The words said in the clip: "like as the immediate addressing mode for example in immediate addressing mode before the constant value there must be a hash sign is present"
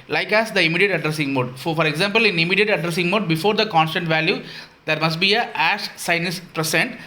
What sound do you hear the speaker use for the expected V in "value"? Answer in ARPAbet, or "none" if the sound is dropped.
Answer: V